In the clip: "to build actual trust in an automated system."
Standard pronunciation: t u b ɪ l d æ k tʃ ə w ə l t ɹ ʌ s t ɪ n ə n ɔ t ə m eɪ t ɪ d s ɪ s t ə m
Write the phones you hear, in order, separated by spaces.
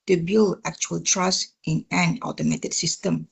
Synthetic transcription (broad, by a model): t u b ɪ l æ k tʃ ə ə l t ɹ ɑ s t ɪ n ə n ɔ t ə m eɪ t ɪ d s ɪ s t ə m